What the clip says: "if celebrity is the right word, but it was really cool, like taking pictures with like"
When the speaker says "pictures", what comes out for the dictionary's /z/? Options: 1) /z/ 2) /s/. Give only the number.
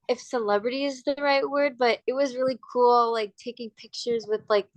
1